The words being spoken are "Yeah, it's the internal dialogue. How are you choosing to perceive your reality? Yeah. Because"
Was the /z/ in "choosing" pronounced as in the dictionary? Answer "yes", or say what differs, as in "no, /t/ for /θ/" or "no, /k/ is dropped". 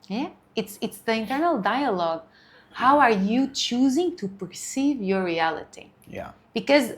yes